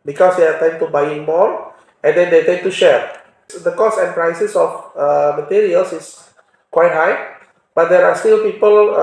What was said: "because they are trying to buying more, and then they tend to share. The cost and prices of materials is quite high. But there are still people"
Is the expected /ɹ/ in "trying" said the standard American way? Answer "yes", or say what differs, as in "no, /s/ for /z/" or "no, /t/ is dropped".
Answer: no, /ɹ/ is dropped